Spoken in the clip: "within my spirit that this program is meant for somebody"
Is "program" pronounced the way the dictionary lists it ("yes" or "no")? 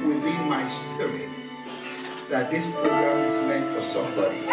no